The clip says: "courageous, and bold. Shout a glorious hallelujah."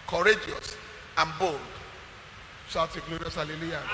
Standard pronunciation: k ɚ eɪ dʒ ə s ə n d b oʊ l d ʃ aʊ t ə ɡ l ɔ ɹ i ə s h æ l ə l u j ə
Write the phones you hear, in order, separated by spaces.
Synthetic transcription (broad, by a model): k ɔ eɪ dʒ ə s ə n b oʊ l d s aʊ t ə ɡ l ɔ ɹ i ə s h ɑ l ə l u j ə